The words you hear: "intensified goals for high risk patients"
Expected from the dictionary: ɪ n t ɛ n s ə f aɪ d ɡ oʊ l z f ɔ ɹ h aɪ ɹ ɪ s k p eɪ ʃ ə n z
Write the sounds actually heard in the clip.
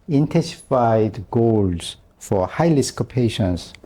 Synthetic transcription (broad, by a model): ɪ n t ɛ n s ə f aɪ d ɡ oʊ l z f ɔ ɹ h aɪ l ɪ s k p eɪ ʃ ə n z